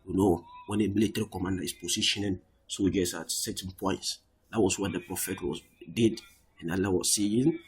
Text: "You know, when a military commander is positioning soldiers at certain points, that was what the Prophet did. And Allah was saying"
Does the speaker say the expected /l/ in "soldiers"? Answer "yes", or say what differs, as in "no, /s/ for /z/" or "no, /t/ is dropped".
no, /l/ is dropped